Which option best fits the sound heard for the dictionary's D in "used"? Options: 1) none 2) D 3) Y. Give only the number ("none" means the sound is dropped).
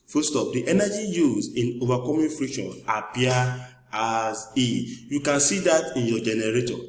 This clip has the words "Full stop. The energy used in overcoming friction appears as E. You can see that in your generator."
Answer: 1